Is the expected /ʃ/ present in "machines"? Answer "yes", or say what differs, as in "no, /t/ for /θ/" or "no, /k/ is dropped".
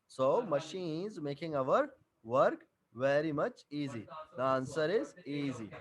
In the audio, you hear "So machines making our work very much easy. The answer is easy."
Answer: yes